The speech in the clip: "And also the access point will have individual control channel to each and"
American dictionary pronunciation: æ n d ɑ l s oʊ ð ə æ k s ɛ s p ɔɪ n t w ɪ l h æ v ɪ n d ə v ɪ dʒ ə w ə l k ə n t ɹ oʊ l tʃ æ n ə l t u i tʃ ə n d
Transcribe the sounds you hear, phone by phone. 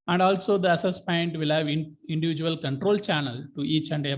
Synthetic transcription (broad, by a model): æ n d ɑ l s oʊ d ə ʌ s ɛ s p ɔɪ n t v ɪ l h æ v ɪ n d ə v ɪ dʒ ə ə l k ə n t ɹ oʊ l tʃ æ n ə l t u i tʃ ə n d